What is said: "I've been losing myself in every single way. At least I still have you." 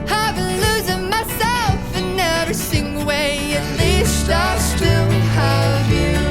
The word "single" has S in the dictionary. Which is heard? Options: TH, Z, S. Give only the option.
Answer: TH